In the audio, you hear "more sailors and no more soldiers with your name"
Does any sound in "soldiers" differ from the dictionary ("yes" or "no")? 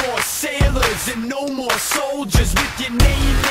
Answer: no